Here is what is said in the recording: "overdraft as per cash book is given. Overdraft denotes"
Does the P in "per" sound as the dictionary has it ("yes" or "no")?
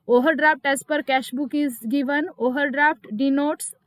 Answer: yes